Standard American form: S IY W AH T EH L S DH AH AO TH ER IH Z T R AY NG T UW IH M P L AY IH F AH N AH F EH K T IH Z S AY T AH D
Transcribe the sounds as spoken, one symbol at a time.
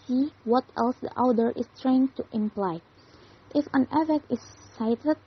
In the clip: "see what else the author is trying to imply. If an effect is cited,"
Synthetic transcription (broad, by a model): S IY W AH T EH L S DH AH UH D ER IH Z T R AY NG T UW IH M P L AY IH F AH N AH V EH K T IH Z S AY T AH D